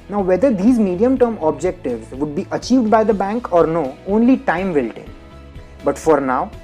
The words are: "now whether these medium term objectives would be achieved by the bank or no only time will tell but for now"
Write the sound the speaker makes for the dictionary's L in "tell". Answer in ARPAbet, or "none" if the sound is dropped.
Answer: N